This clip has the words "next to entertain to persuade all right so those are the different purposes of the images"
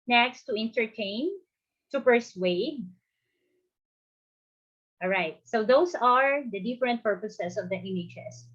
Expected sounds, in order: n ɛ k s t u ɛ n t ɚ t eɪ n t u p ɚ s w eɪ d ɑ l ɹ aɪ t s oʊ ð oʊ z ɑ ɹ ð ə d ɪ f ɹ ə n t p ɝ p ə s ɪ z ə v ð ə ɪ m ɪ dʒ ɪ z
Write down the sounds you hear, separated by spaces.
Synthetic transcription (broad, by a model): n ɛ k s t u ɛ n t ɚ t eɪ n t u p ɚ s w eɪ d ɑ l ɹ aɪ t s oʊ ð oʊ s ɑ ɹ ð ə d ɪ f ɹ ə n t p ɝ p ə s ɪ s ə v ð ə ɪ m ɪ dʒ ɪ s